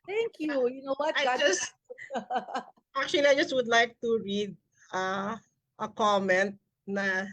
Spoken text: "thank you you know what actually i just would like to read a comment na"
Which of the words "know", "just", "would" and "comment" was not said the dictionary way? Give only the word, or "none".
none